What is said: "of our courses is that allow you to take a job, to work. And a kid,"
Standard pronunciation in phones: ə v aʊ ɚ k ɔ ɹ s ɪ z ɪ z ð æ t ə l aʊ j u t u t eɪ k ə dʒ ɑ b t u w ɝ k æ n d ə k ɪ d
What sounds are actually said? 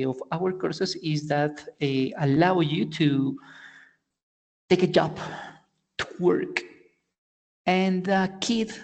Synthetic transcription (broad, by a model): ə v aʊ ɚ k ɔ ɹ s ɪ s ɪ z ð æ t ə l aʊ j u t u t eɪ k ə dʒ ɑ b t u w ɝ k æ n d ə k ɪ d